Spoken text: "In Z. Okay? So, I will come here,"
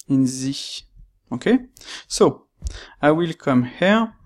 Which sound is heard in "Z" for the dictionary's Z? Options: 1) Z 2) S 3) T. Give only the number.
1